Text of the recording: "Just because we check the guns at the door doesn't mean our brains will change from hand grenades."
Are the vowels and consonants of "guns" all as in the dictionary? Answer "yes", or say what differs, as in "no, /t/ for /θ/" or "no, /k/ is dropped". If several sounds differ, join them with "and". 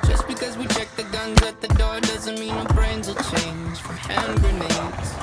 yes